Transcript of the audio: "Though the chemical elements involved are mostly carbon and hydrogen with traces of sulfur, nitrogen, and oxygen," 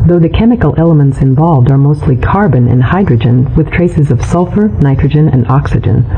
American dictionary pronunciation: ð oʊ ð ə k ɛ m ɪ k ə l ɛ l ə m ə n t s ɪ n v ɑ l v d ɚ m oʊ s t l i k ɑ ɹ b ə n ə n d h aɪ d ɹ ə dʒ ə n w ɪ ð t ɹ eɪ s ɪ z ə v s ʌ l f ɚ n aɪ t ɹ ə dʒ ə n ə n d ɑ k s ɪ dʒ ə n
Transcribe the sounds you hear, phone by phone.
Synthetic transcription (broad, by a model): ð oʊ ð ə k ɛ m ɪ k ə l ɛ l ə m ə n t s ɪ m v ɑ l v d ɚ m oʊ s t l i k ɑ ɹ b ə n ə n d h aɪ d ɹ ə dʒ ə n w ɪ ð t ɹ eɪ s ɪ z ə v s ʌ l f ɚ n aɪ t ɹ ə dʒ ə n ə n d ɑ k s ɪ dʒ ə n